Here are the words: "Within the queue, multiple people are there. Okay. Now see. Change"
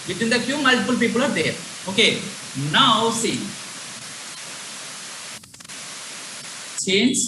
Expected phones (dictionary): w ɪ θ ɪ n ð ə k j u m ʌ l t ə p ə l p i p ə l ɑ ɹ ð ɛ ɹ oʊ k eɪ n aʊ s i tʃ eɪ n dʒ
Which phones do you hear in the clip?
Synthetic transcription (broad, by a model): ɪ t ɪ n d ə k j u m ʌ l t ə f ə l p i p ə l ɑ ɹ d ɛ ɹ oʊ k eɪ n aʊ s i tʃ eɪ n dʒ